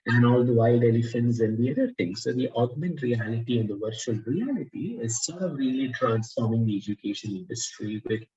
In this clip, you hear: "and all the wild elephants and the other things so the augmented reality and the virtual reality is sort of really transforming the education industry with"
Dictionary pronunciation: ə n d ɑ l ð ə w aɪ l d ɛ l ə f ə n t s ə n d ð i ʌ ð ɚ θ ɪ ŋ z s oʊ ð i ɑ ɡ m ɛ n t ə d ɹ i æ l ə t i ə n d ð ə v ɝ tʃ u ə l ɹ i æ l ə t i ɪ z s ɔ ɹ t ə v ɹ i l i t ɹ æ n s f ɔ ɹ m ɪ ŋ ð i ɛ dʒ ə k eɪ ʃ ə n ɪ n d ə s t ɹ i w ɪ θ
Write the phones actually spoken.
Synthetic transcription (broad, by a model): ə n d ɑ l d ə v aɪ l d ɛ l ə f ə n t s ə n d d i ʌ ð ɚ t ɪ ŋ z s oʊ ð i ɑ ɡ m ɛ n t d ɹ i æ l ə t i ə n d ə v ɝ tʃ u ə l ɹ i æ l ə t i ɪ z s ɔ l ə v ɹ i l i t ɹ æ n s f ɔ ɹ m ɪ ŋ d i ɛ dʒ ə k eɪ ʃ ə n ɪ n d ə s t ɹ i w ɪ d